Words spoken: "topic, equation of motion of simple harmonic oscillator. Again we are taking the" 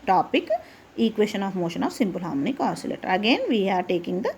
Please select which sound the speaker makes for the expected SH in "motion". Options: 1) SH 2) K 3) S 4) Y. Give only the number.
1